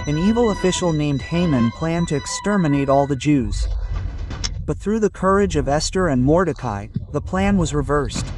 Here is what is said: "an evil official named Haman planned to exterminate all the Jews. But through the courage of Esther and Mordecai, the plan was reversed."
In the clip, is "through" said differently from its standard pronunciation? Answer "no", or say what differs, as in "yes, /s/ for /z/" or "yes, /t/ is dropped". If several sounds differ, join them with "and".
no